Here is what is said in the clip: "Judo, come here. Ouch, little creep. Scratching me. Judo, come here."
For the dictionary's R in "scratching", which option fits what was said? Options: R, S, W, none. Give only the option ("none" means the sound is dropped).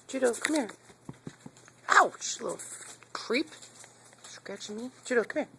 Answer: none